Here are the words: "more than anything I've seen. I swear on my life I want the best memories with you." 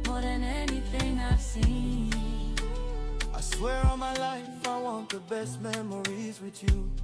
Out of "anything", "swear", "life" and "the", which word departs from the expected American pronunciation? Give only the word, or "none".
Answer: anything